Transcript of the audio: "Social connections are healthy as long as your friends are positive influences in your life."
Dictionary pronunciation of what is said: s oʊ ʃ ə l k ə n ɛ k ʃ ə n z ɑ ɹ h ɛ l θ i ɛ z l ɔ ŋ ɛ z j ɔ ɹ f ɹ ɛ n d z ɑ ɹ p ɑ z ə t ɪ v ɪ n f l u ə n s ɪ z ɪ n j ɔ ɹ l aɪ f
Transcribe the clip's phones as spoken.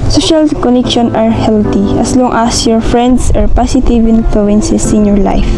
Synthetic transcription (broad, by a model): s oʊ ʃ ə l k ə n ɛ k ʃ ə n ɑ ɹ h ɛ l t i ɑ s l ɔ ŋ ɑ s j ɔ ɹ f ɹ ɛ n d s ɑ ɹ p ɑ s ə t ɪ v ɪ n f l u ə n s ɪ s ɪ n j ɔ ɹ l aɪ f